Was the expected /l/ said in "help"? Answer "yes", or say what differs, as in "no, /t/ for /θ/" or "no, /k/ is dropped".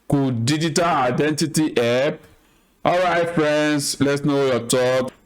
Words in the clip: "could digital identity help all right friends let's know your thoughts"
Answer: no, /l/ is dropped